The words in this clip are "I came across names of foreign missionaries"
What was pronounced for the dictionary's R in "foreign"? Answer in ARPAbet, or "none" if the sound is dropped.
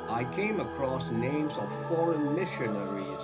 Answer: R